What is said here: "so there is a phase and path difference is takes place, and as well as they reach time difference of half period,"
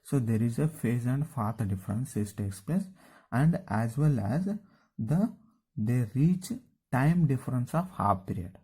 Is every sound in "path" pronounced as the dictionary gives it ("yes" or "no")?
no